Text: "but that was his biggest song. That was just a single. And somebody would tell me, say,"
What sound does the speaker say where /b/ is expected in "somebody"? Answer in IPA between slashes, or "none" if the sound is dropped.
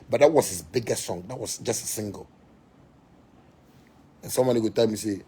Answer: none